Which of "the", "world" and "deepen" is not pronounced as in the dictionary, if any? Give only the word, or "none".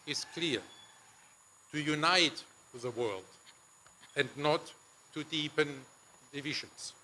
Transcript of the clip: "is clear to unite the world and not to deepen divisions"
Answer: none